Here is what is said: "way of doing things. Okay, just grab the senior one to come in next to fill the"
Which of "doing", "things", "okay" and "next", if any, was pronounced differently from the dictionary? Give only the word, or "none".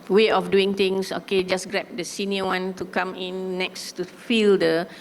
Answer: things